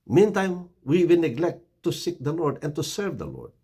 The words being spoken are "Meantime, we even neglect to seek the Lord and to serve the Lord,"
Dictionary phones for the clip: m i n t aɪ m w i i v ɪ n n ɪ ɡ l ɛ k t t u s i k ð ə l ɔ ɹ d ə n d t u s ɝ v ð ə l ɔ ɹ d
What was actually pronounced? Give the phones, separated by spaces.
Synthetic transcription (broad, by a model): m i n t aɪ m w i i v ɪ l n ɪ ɡ l ɛ k t t u s i k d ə l ɔ ɹ d ə n d t u s ɝ v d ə l ɔ ɹ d